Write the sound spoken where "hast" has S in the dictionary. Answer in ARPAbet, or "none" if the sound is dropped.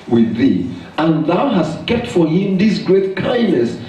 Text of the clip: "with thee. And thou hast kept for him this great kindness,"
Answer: S